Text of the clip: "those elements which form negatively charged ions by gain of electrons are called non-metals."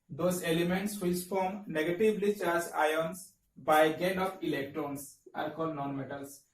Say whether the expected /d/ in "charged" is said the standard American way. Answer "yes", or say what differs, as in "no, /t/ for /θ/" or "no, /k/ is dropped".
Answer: no, /d/ is dropped